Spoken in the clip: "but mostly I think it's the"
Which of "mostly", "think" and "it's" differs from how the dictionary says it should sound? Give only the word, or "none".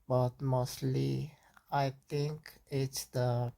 think